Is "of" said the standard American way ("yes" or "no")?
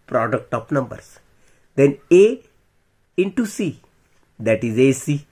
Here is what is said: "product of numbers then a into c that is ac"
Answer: no